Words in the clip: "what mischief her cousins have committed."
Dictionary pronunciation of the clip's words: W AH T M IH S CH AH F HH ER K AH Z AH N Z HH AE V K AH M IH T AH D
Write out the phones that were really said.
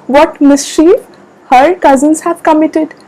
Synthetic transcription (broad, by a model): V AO T M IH S SH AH HH ER K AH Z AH N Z HH AE V K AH M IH T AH D